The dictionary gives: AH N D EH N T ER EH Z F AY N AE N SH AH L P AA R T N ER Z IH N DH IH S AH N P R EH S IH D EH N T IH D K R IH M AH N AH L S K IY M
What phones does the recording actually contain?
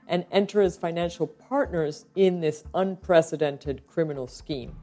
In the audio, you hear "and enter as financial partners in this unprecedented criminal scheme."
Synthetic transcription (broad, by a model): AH N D EH N T ER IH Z F AY N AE N SH L P AA R T N ER Z IH N DH IH S AH N P R EH S IH D EH N T IH D K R IH M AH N L S K IY M